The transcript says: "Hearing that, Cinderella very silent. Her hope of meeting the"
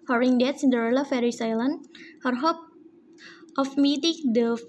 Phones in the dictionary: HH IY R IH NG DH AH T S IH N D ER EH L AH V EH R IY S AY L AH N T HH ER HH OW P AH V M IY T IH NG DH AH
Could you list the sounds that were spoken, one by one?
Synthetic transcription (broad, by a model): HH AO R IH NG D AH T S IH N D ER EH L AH F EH R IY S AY L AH N HH ER HH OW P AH F M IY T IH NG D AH